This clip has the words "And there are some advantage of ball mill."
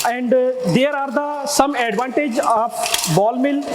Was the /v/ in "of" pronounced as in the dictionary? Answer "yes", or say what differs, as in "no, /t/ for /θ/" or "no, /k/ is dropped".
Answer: no, /p/ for /v/